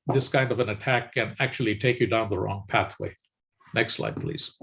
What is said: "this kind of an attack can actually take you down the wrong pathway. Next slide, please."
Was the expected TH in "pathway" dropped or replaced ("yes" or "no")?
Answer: no